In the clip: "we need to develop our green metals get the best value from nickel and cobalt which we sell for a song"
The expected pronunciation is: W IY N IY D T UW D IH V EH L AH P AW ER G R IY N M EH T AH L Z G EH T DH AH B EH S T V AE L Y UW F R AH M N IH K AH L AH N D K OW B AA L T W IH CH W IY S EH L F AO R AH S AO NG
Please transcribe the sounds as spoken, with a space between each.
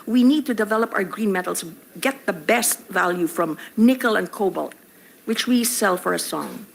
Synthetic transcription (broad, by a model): W IY N IY D T UW D IH V EH L AH P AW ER G R IY N M EH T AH L S G EH T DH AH B EH S T V AE L Y UW F R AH M N IH K AH L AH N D K OW B AA L T W IH CH W IY S EH L F AO R AH S AO NG